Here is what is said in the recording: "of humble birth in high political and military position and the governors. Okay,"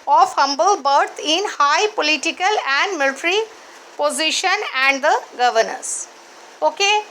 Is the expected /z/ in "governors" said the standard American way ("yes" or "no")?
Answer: no